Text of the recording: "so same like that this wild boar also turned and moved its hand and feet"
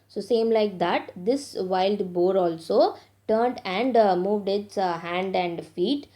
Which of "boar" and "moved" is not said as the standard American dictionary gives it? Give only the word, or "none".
none